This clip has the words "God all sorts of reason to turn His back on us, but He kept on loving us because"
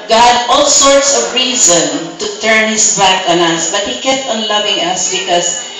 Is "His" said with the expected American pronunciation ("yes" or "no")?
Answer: no